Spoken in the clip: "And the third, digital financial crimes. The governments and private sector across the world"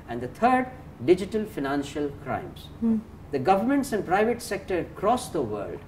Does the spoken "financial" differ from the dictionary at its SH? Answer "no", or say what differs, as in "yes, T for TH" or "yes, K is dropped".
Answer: no